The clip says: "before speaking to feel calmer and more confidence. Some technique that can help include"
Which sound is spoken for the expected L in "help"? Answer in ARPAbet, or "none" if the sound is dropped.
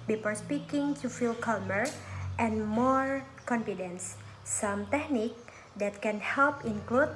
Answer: L